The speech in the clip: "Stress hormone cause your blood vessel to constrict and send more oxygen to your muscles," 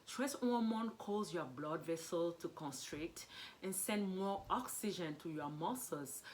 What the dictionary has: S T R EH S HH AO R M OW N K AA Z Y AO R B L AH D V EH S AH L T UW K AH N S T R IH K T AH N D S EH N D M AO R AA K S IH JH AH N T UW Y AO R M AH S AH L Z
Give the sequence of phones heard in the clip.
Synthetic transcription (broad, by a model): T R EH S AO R M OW N K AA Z Y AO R B L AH D V EH S AH L T UW K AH N S T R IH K T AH N S EH N D M AO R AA K S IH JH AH N T UW Y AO M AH S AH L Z